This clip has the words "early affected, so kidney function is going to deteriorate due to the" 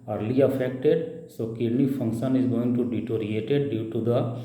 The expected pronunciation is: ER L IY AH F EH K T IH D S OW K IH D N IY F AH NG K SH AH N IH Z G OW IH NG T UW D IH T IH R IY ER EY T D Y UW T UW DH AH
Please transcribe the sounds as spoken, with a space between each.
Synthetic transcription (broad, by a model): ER L IY AH F EH K T IH D S OW K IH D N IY F AH NG K SH AH N IH Z G OW IH NG T UW D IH T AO R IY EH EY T D Y UW T UW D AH